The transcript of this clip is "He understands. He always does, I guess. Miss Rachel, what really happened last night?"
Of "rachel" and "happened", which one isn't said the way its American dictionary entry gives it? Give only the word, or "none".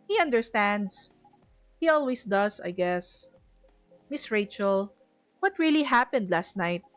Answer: none